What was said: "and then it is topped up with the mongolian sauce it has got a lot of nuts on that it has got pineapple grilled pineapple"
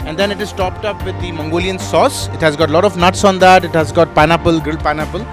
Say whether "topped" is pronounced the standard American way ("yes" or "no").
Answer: yes